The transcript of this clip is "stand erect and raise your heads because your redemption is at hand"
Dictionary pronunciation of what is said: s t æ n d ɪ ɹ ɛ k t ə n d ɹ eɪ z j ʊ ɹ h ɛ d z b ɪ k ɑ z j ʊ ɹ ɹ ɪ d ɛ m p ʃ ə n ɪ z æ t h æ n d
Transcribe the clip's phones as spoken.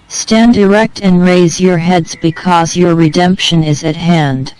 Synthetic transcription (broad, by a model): s t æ n d ɪ ɹ ɛ k t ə n ɹ eɪ z j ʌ ɹ h ɛ d z b ɪ k ɑ z j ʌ ɹ ɹ ɪ d ɛ m p ʃ ə n ɪ z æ t h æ n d